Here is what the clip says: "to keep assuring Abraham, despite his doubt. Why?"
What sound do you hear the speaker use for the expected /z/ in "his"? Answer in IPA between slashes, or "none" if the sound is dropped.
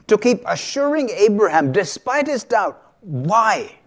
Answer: /z/